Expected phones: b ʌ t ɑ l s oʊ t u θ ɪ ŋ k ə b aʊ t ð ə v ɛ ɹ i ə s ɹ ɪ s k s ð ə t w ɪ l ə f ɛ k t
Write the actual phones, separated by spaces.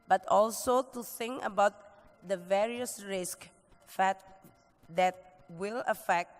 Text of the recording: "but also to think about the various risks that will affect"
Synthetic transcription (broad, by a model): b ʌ t ɑ l s oʊ t u θ ɪ ŋ k ə b aʊ t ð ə v ɛ ɹ i ə s ɹ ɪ s k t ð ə t w ɪ l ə f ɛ k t